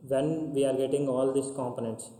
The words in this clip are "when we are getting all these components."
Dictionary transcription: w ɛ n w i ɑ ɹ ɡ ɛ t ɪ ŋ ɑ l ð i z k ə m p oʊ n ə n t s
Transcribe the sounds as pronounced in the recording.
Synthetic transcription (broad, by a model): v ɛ n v i ɑ ɹ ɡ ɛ t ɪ ŋ ɑ l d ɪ s k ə m p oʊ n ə n t s